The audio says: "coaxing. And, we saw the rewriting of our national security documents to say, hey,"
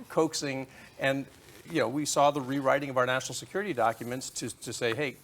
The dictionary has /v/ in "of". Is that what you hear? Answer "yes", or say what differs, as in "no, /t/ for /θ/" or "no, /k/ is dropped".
yes